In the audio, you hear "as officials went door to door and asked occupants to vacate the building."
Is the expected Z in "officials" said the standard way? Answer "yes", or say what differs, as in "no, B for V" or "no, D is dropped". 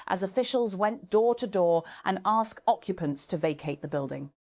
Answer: yes